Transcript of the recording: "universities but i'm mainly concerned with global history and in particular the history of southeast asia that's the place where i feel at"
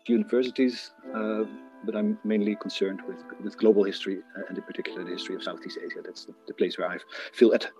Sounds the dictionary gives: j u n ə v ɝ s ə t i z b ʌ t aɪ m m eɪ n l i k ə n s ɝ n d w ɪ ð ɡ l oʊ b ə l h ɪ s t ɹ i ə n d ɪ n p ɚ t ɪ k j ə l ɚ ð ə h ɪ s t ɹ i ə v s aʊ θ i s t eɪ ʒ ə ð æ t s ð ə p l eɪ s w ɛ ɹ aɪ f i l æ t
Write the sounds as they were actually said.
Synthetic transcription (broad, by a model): j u n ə v ɝ s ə t i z b ʌ t aɪ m m eɪ n l i k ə n s ɝ n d w ɪ ð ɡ l oʊ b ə l h ɪ s t ɹ i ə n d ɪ p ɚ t ɪ k j l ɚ h ɪ s t ɹ i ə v s aʊ θ i s t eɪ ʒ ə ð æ t s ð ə p l eɪ s w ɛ ɹ aɪ f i l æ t